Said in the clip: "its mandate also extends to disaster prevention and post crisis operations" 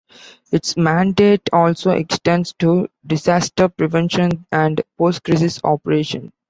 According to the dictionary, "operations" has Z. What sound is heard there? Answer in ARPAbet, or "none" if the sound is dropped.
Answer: none